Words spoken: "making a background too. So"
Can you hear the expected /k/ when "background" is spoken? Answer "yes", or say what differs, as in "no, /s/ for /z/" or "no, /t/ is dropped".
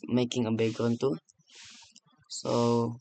no, /k/ is dropped